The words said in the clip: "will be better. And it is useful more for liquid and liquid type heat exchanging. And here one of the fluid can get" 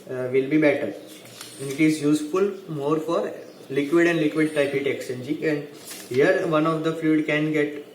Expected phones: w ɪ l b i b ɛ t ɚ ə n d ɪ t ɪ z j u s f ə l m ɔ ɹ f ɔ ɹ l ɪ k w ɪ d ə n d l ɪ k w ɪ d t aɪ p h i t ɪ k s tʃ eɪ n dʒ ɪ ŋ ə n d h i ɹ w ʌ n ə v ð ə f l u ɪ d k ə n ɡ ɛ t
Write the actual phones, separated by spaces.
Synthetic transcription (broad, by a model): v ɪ l b i b ɛ t ɚ ə n d ɪ t ɪ z j u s f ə l m ɔ ɹ f ɔ ɹ l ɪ k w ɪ d ə n d l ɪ k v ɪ d t aɪ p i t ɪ k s eɪ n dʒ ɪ ə n d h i ɹ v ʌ n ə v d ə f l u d k ə n ɡ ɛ t